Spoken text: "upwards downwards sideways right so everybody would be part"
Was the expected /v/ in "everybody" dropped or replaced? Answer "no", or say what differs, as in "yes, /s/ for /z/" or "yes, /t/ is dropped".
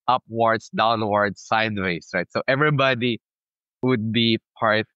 no